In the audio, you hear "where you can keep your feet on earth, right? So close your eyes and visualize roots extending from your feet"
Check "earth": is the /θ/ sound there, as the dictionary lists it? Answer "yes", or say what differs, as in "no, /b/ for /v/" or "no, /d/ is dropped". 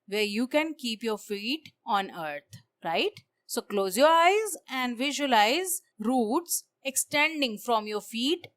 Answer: no, /t/ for /θ/